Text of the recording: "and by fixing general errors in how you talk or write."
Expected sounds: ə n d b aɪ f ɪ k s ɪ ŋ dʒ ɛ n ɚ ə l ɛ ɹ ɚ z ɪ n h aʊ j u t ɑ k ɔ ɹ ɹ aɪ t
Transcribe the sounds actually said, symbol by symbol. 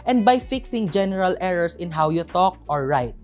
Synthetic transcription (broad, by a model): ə n d b aɪ f ɪ k s ɪ ŋ dʒ ɛ n ɚ ə l ɛ ɹ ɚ s ɪ n h aʊ j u t ɑ k ɔ ɹ ɹ aɪ t